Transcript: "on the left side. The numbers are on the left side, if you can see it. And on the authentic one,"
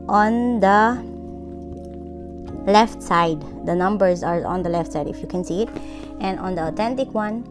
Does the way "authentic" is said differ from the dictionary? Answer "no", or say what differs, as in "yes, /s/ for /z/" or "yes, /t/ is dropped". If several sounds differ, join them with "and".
yes, /t/ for /θ/